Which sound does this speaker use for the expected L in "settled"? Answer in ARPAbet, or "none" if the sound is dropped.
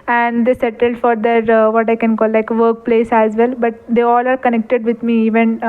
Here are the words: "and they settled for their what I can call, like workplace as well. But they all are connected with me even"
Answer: L